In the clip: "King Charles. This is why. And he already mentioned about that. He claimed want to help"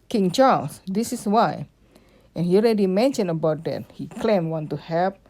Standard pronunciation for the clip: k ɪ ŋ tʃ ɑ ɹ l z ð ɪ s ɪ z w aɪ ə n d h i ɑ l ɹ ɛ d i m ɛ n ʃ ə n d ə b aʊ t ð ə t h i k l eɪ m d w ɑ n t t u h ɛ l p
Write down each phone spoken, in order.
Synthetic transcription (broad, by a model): k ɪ ŋ tʃ ɑ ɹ l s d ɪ s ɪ s w aɪ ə n h i ɑ l ɹ ɛ d i m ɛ n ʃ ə n ə b aʊ t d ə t h i k l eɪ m w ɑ n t t u h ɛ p